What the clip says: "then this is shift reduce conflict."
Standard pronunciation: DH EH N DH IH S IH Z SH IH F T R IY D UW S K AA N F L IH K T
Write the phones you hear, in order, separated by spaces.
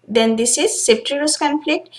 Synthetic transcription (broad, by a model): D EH N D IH S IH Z S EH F T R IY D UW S K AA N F L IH K T